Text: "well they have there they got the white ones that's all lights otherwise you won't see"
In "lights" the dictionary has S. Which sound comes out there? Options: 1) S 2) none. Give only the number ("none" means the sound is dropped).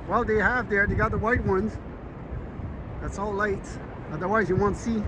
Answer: 2